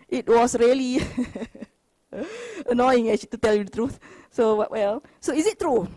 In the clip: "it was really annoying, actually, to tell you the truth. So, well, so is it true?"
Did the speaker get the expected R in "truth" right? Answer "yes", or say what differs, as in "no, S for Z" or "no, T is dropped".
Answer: yes